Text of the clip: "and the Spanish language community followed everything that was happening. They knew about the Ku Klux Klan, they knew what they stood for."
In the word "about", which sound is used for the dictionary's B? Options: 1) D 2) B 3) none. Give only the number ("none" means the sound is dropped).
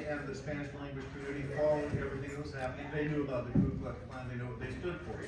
2